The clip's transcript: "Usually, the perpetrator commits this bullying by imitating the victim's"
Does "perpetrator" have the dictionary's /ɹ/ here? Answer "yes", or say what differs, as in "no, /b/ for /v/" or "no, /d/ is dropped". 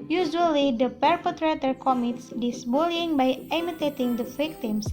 yes